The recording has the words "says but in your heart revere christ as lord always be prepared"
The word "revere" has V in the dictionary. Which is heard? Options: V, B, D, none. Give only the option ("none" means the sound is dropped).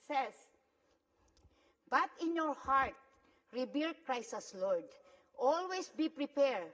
B